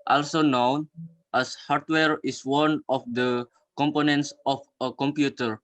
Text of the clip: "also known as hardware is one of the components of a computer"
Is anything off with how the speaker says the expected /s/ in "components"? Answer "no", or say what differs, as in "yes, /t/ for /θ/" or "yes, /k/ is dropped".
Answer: no